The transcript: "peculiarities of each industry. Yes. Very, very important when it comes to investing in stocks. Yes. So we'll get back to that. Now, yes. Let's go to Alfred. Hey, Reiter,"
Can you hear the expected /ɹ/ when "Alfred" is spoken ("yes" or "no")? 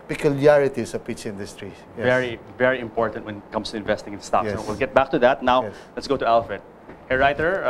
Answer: no